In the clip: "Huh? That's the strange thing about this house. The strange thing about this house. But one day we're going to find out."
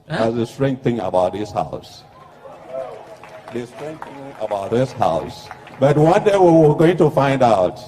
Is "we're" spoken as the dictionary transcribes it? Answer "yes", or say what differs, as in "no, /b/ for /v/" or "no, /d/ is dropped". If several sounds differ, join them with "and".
no, /w/ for /ɹ/